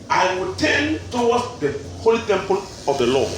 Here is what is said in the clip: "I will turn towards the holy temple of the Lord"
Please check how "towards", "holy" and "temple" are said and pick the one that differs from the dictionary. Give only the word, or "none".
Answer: towards